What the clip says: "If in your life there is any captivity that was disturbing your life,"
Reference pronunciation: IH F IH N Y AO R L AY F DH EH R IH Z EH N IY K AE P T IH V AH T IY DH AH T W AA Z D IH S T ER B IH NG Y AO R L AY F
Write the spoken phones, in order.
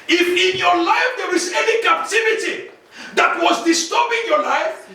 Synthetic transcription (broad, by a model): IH F IH N Y AO R L AY F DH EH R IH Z EH N IY K AE P T IH V AH T IY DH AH T W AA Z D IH S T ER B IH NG Y AO R L AY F